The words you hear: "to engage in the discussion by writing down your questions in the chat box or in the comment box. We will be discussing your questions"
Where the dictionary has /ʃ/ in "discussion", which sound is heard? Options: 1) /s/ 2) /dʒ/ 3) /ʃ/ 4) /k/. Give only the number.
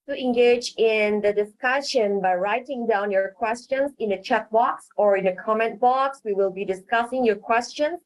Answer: 3